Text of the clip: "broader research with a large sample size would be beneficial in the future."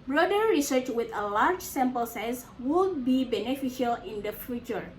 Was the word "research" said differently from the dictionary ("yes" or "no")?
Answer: no